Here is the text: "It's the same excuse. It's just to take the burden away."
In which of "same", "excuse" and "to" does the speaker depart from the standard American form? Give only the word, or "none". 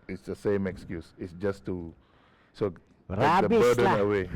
to